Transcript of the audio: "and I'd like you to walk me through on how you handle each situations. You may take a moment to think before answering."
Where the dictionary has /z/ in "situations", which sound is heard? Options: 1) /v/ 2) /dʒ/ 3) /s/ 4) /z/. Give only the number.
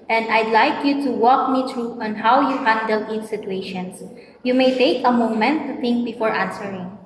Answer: 3